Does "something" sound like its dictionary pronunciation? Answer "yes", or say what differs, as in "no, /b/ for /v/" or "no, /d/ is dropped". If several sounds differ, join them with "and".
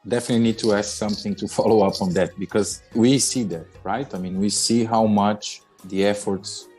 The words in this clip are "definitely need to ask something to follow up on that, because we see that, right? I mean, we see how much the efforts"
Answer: yes